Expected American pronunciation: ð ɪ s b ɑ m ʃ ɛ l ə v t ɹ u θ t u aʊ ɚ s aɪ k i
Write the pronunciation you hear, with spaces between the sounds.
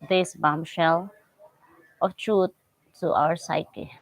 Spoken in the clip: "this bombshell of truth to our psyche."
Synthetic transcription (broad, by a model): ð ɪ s b ɑ m ʃ ɛ l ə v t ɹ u t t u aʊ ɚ s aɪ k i